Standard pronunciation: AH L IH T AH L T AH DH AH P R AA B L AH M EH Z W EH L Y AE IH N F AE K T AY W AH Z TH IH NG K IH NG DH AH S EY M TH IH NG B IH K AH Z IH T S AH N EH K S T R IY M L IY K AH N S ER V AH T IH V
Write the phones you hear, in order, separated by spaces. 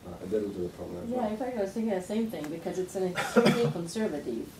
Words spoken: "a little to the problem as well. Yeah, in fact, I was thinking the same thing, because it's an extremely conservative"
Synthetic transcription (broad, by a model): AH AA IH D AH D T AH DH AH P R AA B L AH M Y AE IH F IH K AY W AH Z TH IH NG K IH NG DH AH S EY M TH IH NG B IH K AH Z IH T S AH N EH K S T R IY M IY K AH N S ER V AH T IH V